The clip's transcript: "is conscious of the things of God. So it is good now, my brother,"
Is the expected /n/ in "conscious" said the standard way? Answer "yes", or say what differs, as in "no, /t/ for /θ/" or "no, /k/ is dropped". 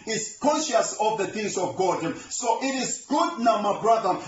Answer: yes